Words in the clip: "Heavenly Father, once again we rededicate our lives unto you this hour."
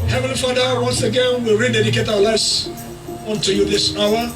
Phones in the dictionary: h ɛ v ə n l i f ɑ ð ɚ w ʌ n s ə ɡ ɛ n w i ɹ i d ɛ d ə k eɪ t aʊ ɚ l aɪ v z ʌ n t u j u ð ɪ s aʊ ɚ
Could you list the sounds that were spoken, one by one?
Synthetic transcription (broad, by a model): h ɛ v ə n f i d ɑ ɚ w ʌ n s ə ɡ ɛ n w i ɹ i d ɛ d ə k eɪ t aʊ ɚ l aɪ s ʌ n t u j u ð ɪ s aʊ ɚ